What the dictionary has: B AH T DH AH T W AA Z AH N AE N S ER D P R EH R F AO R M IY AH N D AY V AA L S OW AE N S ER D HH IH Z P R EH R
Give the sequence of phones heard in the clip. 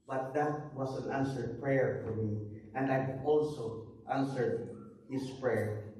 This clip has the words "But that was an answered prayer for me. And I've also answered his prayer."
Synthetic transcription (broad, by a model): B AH T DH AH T W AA S AH N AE N S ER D P R EH R F AO R M IY AH N D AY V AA L S OW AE N S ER D HH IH S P R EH R